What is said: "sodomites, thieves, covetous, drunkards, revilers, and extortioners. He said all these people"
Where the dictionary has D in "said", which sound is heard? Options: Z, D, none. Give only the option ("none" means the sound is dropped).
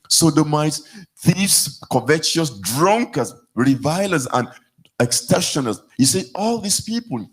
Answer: none